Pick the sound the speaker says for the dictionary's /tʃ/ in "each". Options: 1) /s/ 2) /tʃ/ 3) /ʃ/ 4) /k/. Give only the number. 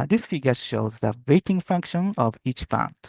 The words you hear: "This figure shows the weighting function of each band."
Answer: 2